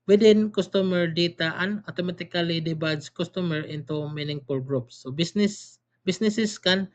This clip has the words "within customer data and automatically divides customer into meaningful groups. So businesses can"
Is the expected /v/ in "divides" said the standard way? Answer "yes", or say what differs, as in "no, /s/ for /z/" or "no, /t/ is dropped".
no, /b/ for /v/